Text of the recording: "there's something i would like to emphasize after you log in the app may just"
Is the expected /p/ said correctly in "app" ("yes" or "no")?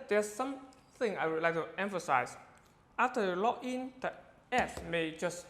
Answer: no